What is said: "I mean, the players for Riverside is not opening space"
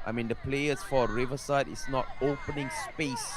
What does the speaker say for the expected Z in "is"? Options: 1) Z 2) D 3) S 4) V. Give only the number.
3